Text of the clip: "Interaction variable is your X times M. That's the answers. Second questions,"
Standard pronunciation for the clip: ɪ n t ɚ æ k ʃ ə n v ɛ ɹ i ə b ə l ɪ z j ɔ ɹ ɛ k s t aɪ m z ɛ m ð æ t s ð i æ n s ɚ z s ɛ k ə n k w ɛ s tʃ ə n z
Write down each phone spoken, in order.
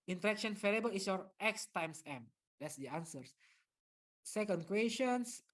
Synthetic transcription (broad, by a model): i n t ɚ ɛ k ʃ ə n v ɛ l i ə b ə l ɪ s j ɔ ɹ ɛ k s t aɪ m s ɛ m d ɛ t s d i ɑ n s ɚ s s ɛ k ə n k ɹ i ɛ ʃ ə n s